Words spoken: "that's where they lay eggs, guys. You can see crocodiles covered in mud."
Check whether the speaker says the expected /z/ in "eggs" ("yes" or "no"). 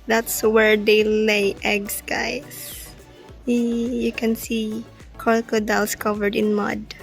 no